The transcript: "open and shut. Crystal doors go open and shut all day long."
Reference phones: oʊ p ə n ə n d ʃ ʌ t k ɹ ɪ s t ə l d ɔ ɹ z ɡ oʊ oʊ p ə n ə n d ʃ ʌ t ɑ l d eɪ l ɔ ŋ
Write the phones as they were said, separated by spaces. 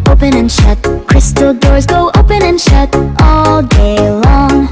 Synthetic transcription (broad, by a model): oʊ p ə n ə n ʃ ʌ t k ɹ ɪ s t l d ɔ ɹ z ɡ oʊ oʊ p ə n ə n ʃ ʌ t ɑ l d eɪ l ɔ ŋ